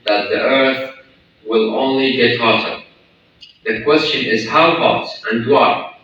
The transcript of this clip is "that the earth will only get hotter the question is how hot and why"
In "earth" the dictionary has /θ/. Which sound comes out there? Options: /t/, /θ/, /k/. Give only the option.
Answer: /θ/